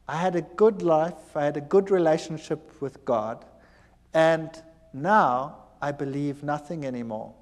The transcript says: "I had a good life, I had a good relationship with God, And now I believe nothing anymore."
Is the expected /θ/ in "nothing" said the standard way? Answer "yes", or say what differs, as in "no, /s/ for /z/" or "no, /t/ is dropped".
yes